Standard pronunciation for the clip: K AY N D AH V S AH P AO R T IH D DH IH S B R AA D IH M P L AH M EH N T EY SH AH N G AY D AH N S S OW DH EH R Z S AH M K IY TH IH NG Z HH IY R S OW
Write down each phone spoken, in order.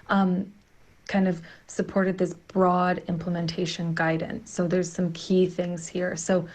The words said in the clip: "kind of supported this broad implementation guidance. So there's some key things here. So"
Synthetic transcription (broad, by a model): K AY N D AH V S AH P AO R T IH D DH IH S B R AA D IH M P L AH M EH N T EY SH AH N G AY D N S S OW DH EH R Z S AH M K IY TH IH NG Z HH IY R S OW